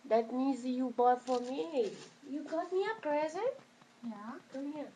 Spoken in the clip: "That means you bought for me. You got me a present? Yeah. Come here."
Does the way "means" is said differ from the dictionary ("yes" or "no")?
yes